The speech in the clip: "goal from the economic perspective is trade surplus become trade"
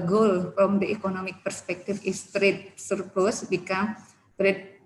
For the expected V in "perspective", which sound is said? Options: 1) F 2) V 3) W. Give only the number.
1